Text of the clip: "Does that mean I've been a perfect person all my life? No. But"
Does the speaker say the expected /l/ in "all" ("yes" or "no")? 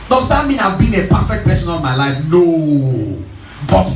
no